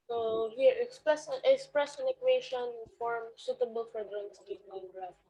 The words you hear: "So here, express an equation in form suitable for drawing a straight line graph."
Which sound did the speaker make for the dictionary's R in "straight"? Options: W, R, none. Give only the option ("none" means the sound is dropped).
none